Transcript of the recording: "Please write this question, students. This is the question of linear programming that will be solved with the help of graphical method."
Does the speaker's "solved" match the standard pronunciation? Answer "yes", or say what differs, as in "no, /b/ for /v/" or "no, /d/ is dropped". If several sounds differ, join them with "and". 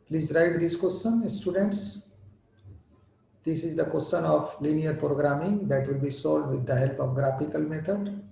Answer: no, /v/ is dropped